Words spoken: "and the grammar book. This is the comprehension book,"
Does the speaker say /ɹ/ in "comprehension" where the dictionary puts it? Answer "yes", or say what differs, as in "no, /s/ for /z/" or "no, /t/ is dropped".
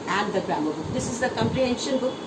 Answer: yes